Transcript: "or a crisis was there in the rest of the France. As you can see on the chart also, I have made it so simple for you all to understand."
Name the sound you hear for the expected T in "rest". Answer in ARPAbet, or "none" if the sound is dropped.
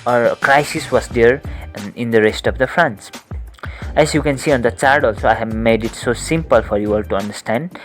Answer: T